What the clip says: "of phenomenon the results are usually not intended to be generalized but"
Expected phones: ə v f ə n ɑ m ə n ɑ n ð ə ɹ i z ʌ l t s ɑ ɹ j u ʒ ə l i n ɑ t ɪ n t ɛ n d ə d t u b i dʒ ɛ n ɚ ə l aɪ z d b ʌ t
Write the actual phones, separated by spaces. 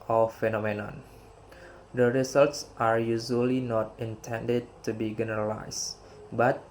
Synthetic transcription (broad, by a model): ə f ə n ɑ m ə n ɑ n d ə ɹ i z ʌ l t s ɑ ɹ j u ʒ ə l i n ɑ t ɪ n t ɛ n d ə d t u b i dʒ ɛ n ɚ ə l aɪ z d b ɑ t